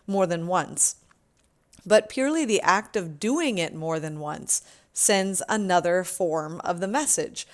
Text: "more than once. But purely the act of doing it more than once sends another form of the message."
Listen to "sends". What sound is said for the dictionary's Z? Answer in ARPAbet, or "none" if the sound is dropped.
Z